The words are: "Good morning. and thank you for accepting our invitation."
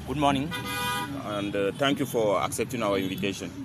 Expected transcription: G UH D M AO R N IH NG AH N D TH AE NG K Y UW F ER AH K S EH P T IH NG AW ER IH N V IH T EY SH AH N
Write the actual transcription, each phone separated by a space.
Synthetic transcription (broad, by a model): G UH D M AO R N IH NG AH N D T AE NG K Y UW F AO AH K S EH P T IH NG AW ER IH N V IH T EY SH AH N